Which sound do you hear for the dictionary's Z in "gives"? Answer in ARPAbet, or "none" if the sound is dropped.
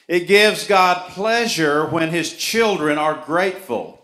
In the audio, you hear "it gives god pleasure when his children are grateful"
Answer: Z